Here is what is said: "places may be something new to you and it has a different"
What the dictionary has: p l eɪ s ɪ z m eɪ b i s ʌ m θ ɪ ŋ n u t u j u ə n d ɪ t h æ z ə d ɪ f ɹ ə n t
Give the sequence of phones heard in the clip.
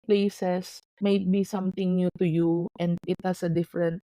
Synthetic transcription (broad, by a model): p l eɪ s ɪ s m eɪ b i s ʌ m t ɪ ŋ n u t u j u ə n d ɪ t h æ s ə d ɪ f ɹ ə n t